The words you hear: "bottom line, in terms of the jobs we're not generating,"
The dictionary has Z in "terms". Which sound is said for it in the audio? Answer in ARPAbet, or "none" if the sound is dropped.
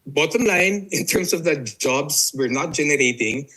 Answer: S